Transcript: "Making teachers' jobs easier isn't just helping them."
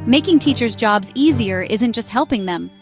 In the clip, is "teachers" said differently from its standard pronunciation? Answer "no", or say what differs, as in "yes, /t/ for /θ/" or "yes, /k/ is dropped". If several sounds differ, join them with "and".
no